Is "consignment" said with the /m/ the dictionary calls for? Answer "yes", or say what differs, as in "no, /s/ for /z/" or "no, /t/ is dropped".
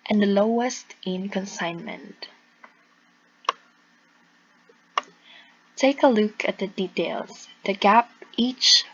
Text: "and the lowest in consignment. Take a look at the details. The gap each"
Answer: yes